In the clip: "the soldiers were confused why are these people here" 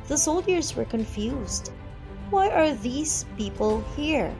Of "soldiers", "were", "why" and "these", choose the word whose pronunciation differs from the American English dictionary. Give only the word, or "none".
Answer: none